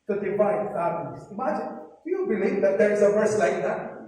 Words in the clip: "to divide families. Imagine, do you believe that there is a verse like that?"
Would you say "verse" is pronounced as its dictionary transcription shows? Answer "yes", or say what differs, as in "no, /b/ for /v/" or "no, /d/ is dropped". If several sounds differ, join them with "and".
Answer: yes